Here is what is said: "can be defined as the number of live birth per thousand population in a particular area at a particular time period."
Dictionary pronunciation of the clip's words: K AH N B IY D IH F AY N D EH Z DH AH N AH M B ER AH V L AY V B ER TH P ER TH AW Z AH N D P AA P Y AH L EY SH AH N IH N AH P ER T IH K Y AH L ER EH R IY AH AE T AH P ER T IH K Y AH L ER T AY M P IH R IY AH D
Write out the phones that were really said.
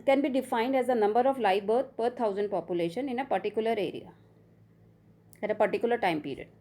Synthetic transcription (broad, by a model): K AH N B IY D IH F AY N D EH Z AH N AH M B ER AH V L AY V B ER T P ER T AW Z AH N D P AA P Y AH L EY SH AH N IH N AH P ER T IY K Y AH L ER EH R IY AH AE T AH P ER T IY K Y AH L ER T AY M P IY R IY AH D